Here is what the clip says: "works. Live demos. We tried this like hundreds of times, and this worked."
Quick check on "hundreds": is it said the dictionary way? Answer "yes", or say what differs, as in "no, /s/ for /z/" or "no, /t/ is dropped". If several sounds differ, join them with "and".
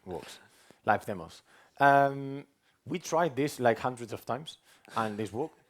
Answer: yes